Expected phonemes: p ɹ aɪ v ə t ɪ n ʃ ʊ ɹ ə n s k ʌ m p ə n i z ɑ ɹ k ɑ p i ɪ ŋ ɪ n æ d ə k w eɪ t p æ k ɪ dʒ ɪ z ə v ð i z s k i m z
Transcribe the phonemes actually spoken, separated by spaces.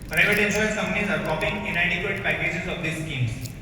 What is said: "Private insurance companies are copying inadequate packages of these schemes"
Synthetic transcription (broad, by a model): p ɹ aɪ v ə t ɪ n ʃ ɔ ə s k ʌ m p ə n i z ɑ ɹ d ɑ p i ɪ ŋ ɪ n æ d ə k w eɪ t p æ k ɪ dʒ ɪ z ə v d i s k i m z